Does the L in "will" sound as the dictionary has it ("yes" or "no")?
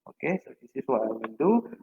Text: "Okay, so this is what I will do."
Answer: no